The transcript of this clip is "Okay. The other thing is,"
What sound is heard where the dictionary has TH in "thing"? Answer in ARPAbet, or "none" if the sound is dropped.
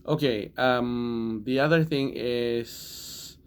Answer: TH